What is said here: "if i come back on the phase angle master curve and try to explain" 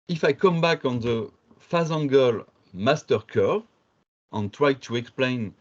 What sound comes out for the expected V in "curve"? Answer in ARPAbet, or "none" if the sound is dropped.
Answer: none